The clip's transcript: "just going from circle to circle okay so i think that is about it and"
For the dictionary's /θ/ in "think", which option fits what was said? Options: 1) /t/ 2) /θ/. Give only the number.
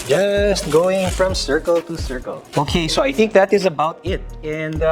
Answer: 2